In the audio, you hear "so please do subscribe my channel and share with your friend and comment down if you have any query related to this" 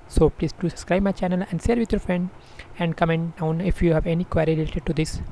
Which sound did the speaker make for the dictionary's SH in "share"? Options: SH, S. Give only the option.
S